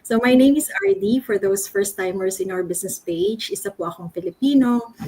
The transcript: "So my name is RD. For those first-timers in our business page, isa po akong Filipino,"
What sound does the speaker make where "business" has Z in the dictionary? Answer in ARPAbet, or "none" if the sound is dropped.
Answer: S